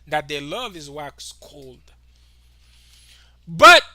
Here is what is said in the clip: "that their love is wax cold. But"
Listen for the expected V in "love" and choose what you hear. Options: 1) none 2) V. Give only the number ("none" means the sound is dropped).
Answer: 2